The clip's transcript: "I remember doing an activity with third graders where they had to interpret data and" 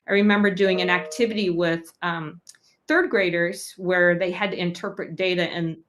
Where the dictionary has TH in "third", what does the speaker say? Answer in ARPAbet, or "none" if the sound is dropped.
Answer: TH